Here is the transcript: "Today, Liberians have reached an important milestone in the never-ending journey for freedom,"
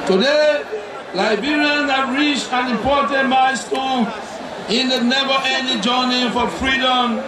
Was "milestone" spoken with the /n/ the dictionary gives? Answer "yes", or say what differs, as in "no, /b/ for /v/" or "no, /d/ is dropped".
no, /l/ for /n/